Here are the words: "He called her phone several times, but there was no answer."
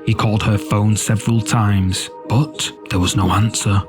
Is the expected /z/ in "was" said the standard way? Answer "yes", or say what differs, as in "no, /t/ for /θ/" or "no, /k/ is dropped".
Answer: yes